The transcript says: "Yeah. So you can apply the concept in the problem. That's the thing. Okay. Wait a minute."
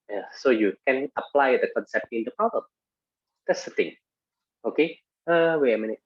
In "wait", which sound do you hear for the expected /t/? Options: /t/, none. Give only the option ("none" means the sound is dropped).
none